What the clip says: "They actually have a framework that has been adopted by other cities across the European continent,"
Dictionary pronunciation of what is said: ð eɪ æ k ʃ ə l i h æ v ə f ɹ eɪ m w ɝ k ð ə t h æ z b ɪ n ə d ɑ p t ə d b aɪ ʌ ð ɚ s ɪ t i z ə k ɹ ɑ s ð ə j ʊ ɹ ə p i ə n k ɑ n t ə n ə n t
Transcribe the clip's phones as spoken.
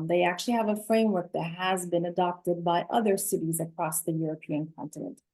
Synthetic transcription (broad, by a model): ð eɪ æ k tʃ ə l i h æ v ə f ɹ eɪ m w ɝ k ð ə t h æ z b ɪ n ə d ɑ p t ə d b aɪ ʌ ð ɚ s ɪ t i z ə k ɹ ɑ s ð ə j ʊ ɹ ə p i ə n k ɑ n t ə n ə n t